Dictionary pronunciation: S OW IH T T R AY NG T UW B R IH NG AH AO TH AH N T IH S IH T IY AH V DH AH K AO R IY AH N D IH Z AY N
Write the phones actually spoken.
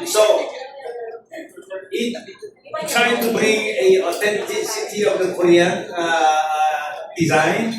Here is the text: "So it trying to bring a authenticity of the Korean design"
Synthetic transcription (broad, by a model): S OW IH T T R AY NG T UW B R IH NG AH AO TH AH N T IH S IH T IY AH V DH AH K AO R IY AH N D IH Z AY N